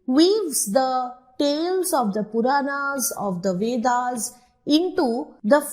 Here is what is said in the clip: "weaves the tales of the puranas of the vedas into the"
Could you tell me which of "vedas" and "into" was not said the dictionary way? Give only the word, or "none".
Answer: none